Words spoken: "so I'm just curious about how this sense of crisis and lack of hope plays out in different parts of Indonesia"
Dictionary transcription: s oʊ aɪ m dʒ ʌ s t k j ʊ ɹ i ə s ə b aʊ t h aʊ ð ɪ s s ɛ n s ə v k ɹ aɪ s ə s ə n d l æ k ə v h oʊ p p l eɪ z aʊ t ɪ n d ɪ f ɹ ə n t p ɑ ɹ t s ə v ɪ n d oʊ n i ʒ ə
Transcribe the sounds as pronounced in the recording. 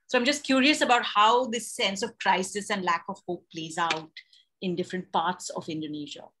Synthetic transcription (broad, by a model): s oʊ aɪ m dʒ ʌ s t k j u ɹ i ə s ə b aʊ t h aʊ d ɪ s s ɛ n s ə v k ɹ aɪ s ə s ə n d l æ k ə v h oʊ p p l eɪ z aʊ t ɪ n d ɪ f ɹ ə n t p ɑ ɹ t s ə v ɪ n d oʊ n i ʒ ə